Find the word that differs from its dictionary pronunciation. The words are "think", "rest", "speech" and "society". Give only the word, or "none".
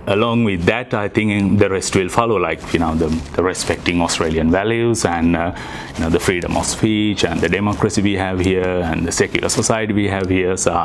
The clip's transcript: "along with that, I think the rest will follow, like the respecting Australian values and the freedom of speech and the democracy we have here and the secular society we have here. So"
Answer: think